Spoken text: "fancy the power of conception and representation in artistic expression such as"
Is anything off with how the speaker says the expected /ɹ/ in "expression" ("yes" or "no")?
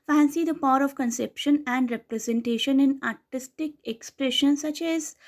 no